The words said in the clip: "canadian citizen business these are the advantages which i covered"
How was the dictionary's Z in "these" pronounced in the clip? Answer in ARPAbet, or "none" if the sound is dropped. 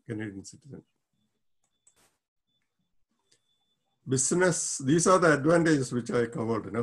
S